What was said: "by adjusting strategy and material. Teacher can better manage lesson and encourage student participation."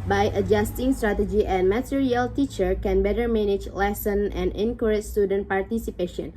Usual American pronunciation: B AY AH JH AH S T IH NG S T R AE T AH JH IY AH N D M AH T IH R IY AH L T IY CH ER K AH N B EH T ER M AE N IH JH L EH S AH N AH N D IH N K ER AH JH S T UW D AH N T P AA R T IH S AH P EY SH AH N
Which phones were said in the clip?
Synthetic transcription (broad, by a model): B AY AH JH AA S T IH NG S T R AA T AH JH IY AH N M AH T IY R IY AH L T IY CH ER K AH N B EH T ER M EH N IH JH L EH S AH N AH N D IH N K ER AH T S T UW D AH N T P AA R T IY S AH P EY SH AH N